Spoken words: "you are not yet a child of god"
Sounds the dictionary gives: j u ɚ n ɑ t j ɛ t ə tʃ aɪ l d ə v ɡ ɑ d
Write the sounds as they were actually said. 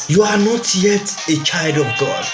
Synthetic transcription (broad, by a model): j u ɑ n ɑ t j ɛ t ə tʃ aɪ l d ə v ɡ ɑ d